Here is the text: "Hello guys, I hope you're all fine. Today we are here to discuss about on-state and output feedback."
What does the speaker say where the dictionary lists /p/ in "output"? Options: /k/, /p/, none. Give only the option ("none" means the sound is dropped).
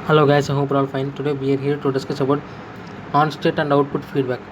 /p/